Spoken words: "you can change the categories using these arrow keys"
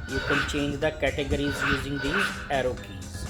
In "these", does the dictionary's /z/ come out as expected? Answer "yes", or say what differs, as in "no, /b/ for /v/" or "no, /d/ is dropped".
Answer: no, /z/ is dropped